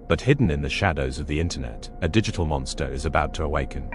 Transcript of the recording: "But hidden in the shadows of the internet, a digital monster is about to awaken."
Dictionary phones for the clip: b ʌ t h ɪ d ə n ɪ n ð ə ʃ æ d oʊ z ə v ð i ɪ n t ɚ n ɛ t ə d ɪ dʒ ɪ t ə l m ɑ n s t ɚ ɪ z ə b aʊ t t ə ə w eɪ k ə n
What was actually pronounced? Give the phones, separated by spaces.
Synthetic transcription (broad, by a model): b ʌ t h ɪ d n ɪ n ð ə ʃ æ d oʊ z ə v ð i ɪ n t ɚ n ɛ t ə d ɪ dʒ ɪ t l m ɑ n s t ɚ ɪ z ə b aʊ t t ə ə w eɪ k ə n